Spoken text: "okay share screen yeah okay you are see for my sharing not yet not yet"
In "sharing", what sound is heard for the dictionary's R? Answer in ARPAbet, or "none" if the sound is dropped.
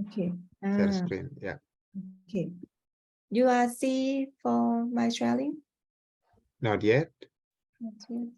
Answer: L